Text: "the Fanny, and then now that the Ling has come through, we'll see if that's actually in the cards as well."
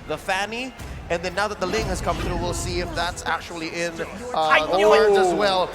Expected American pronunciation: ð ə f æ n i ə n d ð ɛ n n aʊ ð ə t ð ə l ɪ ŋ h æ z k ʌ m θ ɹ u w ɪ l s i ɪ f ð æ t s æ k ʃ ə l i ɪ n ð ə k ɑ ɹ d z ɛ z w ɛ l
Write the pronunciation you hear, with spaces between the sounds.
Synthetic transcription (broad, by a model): ð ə f æ n i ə n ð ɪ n n aʊ ð ə t ð ə l ɪ ŋ h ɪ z k ʌ m θ ɹ u w ɪ l s i ɪ f ð æ t s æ k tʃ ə l i ɪ n ð ə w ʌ ɹ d ʌ z w ɛ l